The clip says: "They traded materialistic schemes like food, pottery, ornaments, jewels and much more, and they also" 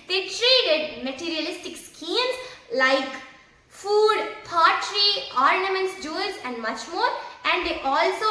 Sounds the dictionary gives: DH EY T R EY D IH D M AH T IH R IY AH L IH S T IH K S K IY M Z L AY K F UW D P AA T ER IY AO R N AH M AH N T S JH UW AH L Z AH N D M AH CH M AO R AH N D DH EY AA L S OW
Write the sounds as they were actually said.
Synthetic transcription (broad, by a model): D EY T R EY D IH D M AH T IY R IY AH L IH S T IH K S K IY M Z L AY K F UW D P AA T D IY AO R N AH M AH N T S JH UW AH Z AH N D M AH CH M AO R AH N D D EY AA L S OW